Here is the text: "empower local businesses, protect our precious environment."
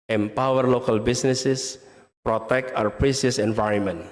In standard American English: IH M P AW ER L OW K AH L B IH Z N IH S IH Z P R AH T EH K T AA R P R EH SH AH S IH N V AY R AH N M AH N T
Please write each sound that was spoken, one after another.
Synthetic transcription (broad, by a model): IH M P AW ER L OW K AH L B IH S N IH S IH S P R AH T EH K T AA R P R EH S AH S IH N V AY R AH N M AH N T